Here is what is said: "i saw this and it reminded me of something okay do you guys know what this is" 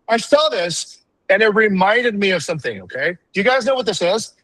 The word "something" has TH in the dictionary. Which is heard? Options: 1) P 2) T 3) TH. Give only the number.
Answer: 3